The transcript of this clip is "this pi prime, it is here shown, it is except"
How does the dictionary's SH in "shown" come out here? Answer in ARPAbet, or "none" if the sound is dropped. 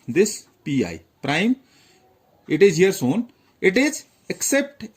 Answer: S